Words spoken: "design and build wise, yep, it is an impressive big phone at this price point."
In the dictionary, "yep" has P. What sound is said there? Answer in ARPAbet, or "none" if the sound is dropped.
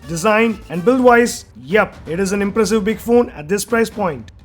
P